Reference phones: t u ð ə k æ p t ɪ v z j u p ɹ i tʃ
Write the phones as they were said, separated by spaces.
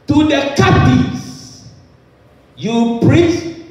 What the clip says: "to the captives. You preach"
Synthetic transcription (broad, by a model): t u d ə k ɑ t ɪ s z j u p ɹ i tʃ